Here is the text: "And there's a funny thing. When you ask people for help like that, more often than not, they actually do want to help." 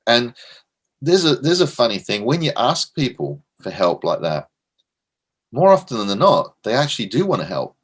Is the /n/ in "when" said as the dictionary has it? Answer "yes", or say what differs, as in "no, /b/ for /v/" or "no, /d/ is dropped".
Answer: yes